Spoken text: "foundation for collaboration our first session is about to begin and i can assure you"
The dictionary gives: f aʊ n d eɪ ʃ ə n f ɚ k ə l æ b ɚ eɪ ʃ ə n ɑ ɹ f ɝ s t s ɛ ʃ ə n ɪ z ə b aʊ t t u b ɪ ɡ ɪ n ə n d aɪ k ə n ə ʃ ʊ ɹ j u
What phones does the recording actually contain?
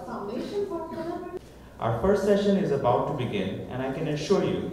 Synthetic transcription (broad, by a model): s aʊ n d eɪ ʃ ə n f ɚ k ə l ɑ ʊ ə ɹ f ɝ s t s ɛ ʃ ə n ɪ z ə b aʊ t t u b ɪ ɡ ɪ n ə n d aɪ k ə n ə ʃ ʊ ɹ j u